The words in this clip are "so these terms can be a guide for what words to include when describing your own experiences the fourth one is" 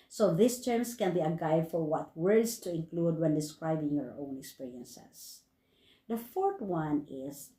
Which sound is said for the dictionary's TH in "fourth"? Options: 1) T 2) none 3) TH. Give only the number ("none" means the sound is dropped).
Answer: 1